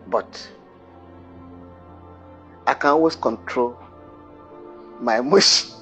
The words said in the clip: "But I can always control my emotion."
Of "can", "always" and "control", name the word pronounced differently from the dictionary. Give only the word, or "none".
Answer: always